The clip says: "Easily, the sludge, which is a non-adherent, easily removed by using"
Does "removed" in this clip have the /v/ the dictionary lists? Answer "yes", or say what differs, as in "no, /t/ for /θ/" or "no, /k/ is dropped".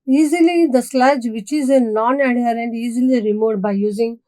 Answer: no, /v/ is dropped